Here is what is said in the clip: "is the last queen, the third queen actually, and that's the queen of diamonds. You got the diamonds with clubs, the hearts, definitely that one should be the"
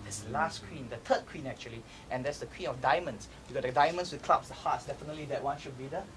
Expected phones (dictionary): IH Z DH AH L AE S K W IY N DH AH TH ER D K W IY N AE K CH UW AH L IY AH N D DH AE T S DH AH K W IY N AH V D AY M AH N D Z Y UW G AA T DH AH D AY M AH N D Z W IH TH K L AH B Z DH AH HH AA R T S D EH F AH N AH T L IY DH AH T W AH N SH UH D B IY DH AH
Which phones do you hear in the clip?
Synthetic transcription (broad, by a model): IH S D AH L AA S K W IY N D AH T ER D K W IY N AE K CH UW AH L IY AH N D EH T S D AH K W IY N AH F D AY M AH N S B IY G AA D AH D AY M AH N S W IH K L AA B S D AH HH AA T S D EH F AH N AH T L IY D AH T W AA N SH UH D B IY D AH